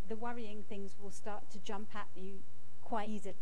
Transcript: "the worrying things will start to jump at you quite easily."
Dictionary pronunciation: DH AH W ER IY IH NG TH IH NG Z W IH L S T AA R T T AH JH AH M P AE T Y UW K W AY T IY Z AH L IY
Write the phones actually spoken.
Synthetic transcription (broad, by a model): DH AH W ER IY IH NG TH IH NG Z W IH L S T AA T T AH JH AH M P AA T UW K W AY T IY Z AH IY